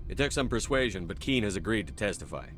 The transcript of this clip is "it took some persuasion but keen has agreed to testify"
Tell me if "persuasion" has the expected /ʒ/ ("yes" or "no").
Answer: yes